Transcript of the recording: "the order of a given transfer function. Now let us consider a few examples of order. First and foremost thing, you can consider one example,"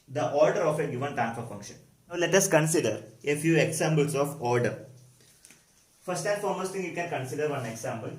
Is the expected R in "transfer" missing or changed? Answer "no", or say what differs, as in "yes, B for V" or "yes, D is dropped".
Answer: yes, R is dropped